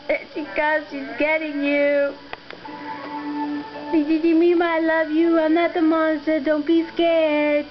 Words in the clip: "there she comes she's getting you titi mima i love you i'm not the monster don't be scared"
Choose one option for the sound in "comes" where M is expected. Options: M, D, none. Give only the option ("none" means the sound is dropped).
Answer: none